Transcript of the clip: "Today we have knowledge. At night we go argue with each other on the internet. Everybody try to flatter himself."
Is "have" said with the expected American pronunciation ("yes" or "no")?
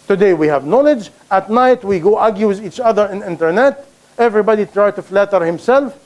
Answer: yes